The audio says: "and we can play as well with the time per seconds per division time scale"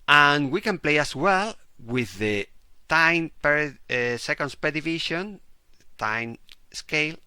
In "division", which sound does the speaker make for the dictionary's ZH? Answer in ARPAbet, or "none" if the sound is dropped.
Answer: SH